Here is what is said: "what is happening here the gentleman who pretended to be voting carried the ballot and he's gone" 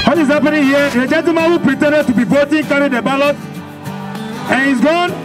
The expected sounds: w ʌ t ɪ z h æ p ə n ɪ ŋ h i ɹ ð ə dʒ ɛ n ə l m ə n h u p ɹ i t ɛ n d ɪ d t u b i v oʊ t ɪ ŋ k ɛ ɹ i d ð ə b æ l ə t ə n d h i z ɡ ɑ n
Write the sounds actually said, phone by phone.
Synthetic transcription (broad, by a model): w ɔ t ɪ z h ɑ p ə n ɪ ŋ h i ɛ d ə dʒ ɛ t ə m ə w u p ɹ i t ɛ n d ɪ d t u b i b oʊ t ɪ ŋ k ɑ ɹ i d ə b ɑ l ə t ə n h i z ɡ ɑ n